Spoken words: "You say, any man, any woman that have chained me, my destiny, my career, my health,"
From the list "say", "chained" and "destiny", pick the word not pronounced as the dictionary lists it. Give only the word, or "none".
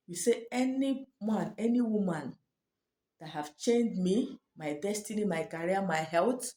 none